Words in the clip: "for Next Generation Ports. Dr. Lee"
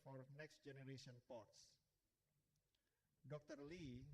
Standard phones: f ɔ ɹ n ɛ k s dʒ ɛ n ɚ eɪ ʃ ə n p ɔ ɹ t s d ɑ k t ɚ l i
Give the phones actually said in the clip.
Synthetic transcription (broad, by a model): f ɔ ɹ n ɛ k s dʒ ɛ n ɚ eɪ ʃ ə n p ɔ ɹ t s d ɑ k t ɚ l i